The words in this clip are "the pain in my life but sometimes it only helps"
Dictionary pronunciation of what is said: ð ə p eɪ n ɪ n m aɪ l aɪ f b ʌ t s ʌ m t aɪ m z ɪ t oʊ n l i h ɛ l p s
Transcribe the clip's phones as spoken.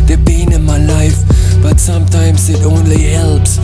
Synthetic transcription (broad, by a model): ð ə b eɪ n ɪ n m aɪ l aɪ f b ʌ t s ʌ m t aɪ m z ɪ t oʊ n l i h ɛ l p s